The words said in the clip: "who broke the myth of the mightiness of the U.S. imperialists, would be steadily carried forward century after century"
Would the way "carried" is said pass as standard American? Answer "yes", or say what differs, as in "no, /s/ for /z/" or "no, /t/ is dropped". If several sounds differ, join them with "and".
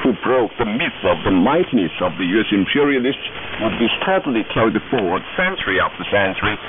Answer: no, /ɹ/ is dropped